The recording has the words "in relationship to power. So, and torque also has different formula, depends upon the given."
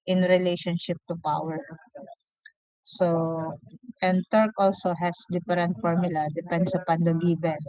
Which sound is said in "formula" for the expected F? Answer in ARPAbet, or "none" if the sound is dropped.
F